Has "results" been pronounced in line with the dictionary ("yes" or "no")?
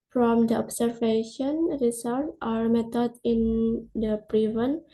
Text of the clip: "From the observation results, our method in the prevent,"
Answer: no